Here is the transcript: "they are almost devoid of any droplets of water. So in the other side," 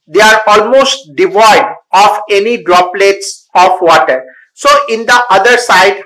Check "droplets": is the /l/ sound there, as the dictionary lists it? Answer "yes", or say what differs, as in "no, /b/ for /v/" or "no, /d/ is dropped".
yes